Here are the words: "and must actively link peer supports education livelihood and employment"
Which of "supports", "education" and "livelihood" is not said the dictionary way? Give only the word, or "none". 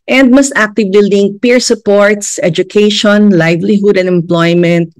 none